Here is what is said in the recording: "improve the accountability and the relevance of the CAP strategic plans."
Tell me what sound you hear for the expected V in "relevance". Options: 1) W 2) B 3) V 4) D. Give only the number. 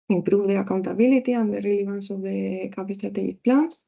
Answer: 2